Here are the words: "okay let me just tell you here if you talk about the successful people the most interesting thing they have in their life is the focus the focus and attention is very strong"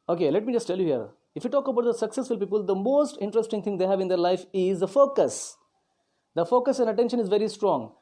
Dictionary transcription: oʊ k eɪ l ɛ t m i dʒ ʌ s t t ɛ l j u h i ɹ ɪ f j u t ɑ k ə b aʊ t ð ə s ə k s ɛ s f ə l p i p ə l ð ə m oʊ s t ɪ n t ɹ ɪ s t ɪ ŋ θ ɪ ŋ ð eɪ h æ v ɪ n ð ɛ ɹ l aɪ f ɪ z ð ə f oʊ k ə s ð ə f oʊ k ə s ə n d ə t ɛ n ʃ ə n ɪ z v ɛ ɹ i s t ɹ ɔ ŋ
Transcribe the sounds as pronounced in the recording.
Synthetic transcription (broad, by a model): oʊ k eɪ l ɛ t m i dʒ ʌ s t t ɛ l j u h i ɹ ɪ f j u t ɑ k ə b aʊ t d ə s ə k s ɛ s f ə l p i p ə l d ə m oʊ s t ɪ n t ɹ ɪ s t ɪ ŋ t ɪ ŋ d eɪ h æ v ɪ n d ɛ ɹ l aɪ f ɪ z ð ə f oʊ k ə s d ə f oʊ k ə s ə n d ə t ɛ n ʃ ə n ɪ z v ɛ ɹ i s t ɹ ɔ ŋ